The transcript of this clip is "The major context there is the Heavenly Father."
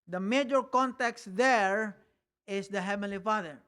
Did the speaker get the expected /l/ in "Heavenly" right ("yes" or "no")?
yes